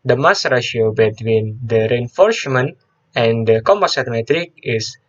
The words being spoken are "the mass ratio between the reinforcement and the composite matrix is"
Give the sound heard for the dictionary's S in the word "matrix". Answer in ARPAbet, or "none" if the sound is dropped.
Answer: none